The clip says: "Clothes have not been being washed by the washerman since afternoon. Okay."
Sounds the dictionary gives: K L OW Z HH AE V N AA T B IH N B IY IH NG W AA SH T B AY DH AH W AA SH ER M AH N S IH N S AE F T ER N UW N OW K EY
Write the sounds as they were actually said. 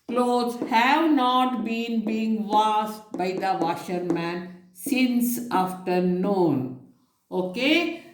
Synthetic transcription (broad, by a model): K L OW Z HH AE V N AA T B IH N B IY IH NG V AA S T B AY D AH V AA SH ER M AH N S IH N S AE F T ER N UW N OW K EY